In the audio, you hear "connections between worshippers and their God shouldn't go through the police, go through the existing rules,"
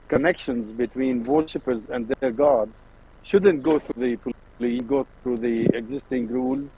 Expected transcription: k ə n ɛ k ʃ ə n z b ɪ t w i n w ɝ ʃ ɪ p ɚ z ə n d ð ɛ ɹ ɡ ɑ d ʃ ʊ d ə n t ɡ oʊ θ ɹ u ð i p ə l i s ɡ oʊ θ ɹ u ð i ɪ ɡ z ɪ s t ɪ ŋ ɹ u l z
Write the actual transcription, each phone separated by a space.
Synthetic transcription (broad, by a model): k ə n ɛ k ʃ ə n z b ɪ t w i n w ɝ ʃ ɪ p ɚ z ə n d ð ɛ ɹ ɡ ɑ d ʃ ʊ d ə n t ɡ oʊ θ ɹ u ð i p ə l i ɡ oʊ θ ɹ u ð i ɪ ɡ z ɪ s t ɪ ŋ ɹ u l